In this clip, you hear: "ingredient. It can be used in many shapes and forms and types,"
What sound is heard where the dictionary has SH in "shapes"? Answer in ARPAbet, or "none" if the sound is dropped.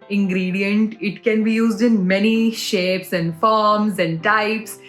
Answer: SH